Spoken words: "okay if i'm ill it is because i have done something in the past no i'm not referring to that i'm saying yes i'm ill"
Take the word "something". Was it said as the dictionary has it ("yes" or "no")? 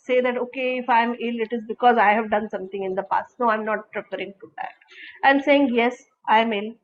no